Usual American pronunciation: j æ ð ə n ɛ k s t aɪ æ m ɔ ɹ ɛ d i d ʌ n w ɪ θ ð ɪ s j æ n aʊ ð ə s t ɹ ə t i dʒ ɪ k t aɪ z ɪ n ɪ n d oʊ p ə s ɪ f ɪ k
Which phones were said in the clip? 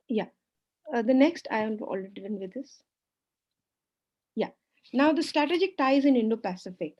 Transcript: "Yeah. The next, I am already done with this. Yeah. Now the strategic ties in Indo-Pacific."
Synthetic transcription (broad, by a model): j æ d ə n ɛ k s t aɪ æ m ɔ l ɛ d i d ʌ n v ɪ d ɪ s j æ n aʊ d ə s t ɹ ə t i dʒ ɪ k t aɪ z ɪ n ɪ n d oʊ p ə s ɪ f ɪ k